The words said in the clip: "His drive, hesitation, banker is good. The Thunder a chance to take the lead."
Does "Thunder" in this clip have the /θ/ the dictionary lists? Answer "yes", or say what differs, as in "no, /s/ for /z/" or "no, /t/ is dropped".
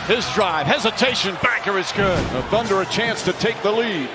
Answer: yes